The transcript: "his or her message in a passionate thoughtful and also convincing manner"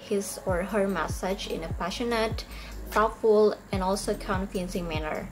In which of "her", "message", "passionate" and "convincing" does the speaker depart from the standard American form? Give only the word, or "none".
convincing